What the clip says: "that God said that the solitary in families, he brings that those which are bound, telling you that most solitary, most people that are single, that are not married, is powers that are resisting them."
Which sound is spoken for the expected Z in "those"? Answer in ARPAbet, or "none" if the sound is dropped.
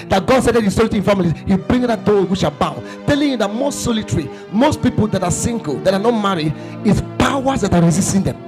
none